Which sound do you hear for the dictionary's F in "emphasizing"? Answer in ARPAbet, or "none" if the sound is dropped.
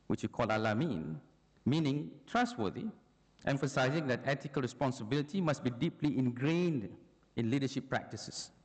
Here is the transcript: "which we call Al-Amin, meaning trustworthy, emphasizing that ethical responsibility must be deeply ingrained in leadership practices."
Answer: F